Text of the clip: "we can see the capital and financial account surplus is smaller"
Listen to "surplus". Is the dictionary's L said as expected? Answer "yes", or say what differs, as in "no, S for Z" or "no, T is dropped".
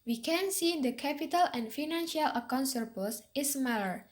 no, L is dropped